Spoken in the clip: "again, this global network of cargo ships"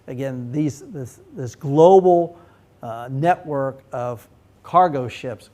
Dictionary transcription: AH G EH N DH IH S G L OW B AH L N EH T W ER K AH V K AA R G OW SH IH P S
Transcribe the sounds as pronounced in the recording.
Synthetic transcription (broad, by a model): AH G EH N DH IH S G L OW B L N EH T W ER K AH V K AA R G OW SH IH P S